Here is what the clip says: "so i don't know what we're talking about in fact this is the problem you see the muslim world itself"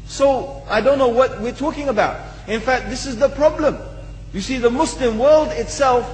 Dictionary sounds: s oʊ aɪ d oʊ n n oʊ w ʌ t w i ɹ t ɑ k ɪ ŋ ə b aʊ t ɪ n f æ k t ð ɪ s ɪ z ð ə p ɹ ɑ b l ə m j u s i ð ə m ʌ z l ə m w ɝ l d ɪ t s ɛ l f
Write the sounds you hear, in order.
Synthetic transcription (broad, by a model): s oʊ aɪ d oʊ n n oʊ w ʌ t w i ɹ t ɑ k ɪ ŋ ə b aʊ t ɪ n f æ k t ð ɪ s ɪ z ð ə p ɹ ɑ b l ə m j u s i ð ə m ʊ s l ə m w ɝ l d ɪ t s ɛ l f